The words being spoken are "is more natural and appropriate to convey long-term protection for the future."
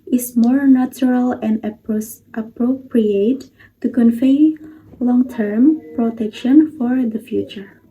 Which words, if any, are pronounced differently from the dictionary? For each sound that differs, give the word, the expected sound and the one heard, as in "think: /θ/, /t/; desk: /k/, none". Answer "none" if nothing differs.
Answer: convey: /v/, /f/